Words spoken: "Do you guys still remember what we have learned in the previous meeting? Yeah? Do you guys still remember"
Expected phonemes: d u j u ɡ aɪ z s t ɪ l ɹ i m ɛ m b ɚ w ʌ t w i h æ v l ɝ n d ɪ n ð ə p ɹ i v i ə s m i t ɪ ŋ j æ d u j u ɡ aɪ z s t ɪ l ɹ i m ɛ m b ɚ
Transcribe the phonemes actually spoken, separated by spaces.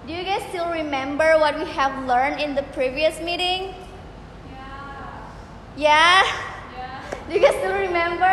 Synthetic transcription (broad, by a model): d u j u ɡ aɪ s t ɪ l ɹ i m ɛ m b ɚ w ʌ t w i h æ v l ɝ n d ɪ n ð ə p ɹ i v i ə s m i t ɪ ŋ j æ d u j u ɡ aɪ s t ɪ l ɹ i m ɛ m b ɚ